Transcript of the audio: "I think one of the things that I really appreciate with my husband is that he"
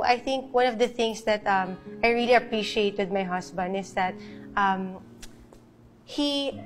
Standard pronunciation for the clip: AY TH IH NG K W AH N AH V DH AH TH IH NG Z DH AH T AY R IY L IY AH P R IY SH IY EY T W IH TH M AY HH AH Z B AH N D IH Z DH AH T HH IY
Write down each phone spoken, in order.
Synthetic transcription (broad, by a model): AY TH IH NG K W AH N AH V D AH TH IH NG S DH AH T AY R IY L IY AH P R IY SH IY EY T W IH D M AY HH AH S B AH N D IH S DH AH T HH IY